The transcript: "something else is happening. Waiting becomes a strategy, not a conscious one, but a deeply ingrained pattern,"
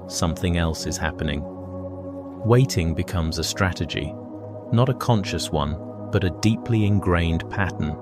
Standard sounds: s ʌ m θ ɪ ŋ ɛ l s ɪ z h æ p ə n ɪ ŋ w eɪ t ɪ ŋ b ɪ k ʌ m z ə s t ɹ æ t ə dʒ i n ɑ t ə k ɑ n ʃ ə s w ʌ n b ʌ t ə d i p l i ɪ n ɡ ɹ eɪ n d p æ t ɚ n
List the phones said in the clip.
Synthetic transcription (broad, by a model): s ʌ m θ ɪ ŋ ɛ l s ɪ z h æ p ə n ɪ ŋ w eɪ t ɪ ŋ b ɪ k ʌ m z ə s t ɹ æ t ə dʒ i n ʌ t ə k ɑ n ʃ ə s w ʌ n b ʌ t ə d i p l i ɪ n ɡ ɹ eɪ n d p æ t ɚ n